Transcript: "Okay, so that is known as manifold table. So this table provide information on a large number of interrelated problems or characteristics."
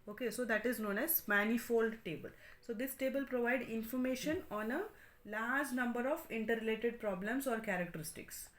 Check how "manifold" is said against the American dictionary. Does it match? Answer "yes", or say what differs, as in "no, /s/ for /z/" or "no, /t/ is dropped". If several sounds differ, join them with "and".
yes